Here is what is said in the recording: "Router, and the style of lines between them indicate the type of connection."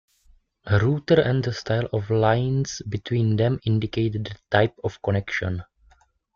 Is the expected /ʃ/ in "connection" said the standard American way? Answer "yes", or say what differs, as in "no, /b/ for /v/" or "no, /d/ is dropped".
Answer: yes